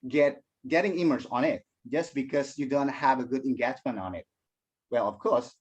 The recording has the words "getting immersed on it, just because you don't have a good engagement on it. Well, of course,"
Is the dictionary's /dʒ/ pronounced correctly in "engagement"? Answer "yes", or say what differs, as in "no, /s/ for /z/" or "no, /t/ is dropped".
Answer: no, /tʃ/ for /dʒ/